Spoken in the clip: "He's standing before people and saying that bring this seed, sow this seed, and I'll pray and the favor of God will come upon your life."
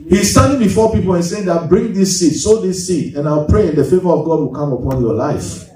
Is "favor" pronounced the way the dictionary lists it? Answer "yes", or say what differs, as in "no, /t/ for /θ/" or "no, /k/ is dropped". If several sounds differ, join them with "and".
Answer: yes